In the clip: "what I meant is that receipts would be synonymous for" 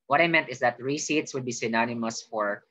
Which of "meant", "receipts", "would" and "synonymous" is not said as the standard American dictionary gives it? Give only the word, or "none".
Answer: none